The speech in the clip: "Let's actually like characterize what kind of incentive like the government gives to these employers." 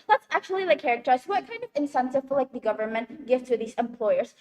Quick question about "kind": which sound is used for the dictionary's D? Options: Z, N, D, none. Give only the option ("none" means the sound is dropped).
D